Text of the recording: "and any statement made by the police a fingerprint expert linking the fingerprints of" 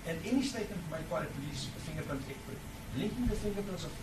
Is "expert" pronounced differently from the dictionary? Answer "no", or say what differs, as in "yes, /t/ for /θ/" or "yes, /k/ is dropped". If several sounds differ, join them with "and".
yes, /s/ is dropped